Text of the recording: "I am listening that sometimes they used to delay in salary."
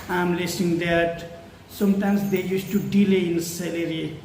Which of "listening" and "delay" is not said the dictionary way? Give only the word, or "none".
listening